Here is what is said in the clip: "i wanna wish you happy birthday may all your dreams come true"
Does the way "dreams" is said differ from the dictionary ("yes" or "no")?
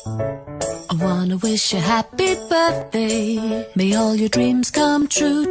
no